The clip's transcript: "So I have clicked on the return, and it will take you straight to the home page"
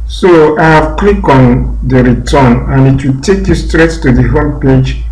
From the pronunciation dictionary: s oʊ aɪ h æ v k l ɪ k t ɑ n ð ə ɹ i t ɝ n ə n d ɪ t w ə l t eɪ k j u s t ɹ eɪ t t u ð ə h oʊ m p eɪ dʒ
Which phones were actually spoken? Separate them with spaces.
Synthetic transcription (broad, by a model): s oʊ aɪ h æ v k l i k ɑ n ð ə ɹ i t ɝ n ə n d ɪ t w ə l t eɪ k j u s t ɹ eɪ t t u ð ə h oʊ m p eɪ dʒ